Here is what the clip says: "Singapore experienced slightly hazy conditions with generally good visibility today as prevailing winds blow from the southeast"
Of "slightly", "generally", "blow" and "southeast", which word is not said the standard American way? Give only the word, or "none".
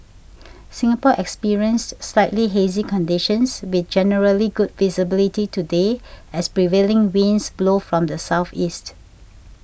none